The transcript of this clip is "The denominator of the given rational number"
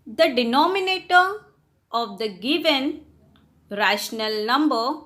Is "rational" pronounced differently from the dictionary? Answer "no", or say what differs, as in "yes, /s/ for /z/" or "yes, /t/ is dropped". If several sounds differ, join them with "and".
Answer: no